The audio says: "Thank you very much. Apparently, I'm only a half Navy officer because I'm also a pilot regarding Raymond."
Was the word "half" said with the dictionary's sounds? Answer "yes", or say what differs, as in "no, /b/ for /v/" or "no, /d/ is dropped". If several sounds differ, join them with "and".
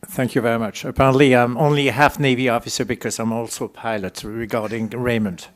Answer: yes